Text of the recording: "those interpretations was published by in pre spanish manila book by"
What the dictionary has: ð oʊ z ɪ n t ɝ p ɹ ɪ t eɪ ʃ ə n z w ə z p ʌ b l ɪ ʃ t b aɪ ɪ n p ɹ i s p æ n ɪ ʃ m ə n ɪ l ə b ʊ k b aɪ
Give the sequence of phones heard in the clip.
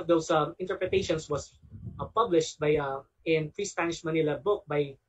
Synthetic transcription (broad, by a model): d oʊ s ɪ n t ɝ p ɹ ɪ t eɪ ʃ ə n s w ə s p ʌ b l ɪ ʃ t b aɪ ɪ n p ɹ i s p æ n ɪ ʃ m ə n ɪ l ə b ʊ k b aɪ